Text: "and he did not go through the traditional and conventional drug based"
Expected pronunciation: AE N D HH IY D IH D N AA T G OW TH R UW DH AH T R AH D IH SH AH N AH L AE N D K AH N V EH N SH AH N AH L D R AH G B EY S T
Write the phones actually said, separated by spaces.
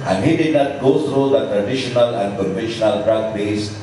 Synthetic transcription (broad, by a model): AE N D HH IY D IH D N AA T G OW T R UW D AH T R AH D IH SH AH N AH L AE N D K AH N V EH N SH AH N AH L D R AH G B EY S